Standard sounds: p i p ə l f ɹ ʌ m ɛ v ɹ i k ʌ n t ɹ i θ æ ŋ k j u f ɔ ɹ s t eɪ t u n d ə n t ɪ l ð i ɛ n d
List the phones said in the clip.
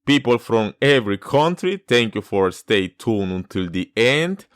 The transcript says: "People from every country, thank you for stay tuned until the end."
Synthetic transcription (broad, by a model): p i p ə l f ɹ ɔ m ɛ v ɹ i k ʌ n t ɹ i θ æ ŋ k j u f ɔ ɹ s t eɪ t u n ə n t ɪ l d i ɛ n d